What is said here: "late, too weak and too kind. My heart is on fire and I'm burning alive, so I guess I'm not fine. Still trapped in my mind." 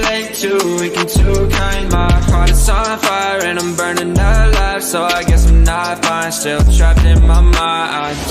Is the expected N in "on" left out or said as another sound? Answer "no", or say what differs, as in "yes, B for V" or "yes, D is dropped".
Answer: yes, L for N